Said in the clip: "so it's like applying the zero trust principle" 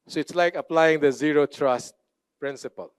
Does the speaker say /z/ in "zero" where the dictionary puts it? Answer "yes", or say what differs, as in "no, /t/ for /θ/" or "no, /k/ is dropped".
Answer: yes